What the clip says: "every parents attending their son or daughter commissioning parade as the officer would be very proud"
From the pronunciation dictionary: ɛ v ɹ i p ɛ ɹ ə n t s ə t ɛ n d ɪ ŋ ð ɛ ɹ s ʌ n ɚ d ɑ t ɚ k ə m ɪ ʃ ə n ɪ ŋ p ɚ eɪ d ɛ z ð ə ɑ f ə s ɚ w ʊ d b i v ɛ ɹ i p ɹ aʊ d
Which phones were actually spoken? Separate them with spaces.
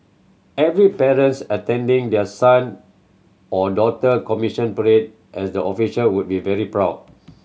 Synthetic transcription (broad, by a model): ɛ v ɹ i p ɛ ɹ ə n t s ə t ɛ n d ɪ ŋ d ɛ s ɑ n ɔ d ɑ t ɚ k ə m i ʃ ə n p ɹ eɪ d ɛ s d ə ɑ f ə ʃ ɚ w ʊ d b i v ɛ ɹ i p ɹ aʊ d